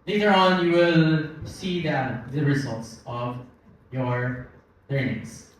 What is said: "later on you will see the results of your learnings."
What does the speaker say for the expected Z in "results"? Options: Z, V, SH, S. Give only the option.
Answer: Z